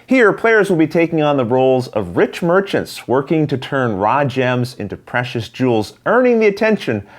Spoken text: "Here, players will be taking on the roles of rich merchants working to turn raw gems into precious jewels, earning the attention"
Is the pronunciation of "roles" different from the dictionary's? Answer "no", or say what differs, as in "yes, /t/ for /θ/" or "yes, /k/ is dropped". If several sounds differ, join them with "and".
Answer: no